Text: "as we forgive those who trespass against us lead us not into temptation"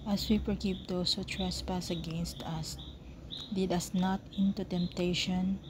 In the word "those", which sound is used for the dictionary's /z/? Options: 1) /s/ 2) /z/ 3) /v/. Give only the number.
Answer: 1